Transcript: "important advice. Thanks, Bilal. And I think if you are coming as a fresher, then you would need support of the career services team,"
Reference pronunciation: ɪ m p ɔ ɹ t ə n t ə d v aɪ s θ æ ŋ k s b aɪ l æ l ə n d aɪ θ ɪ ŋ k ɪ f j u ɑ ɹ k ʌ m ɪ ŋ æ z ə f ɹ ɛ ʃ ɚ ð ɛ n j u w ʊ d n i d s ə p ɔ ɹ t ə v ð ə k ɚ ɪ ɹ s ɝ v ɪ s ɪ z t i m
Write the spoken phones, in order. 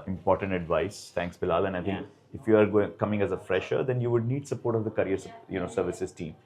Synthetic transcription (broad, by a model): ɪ m p ɔ ɹ t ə n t ə d v aɪ s t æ ŋ k s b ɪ l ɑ l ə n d aɪ t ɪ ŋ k ɪ f j u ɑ ɹ k ʌ m ɪ ŋ æ z ə f ɹ ɛ ʃ ɚ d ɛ n j u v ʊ d n i d s ə p ɔ ɹ t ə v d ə k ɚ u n s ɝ v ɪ s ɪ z t i m